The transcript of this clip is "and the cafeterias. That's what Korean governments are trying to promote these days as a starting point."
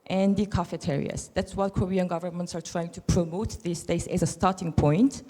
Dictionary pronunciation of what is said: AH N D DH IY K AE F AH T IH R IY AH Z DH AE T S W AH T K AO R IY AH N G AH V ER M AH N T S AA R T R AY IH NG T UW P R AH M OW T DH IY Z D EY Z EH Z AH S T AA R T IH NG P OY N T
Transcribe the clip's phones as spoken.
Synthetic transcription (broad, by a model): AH N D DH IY K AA F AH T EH R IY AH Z DH AE T S W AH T K AO R IY AH N G AH V ER M AH N T S AA R T R AY IH NG T UW P R AH M OW T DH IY S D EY S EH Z AH S T AA R T IH NG P OY N T